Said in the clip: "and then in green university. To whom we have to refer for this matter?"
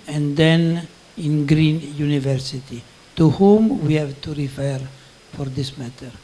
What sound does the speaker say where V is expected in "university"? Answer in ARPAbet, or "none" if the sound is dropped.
V